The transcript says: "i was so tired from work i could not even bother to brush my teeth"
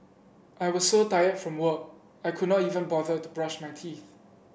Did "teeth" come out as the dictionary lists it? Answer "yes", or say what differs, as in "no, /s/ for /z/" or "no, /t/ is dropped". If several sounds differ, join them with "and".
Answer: yes